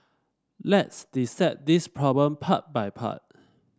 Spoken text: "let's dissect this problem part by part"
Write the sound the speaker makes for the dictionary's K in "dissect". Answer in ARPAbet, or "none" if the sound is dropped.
none